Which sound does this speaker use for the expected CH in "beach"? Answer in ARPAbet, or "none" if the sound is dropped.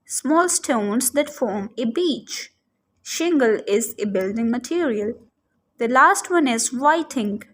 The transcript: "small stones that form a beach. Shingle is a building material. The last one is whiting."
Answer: CH